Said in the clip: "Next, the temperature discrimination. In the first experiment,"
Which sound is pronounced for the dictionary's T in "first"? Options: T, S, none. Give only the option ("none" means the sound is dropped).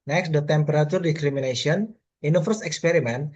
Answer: none